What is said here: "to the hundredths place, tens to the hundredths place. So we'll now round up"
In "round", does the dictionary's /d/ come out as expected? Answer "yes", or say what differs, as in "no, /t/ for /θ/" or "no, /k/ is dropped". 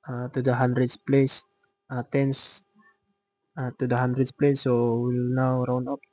no, /d/ is dropped